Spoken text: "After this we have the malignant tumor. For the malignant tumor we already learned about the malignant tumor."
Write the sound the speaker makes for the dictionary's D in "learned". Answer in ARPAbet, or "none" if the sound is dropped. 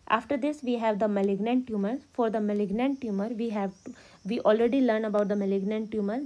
none